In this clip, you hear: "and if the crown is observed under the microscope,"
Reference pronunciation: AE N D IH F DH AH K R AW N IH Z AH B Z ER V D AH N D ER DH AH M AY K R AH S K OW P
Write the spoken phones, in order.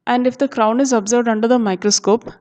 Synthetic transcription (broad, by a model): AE N D IH F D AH K R AW N IH Z AH B Z ER V D AH N D ER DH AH M AY K R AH S K OW P